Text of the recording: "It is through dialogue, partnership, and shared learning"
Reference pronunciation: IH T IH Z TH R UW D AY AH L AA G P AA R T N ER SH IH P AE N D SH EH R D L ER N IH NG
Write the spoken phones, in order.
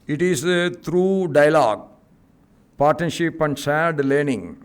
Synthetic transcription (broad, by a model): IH T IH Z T R UW D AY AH L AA G P AA R T N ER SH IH P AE N D S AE D L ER N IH NG